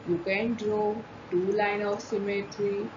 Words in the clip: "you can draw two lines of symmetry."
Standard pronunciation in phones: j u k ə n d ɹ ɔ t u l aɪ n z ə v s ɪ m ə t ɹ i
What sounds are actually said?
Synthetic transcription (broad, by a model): j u k ə n d ɹ ɔ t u l aɪ n ə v s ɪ m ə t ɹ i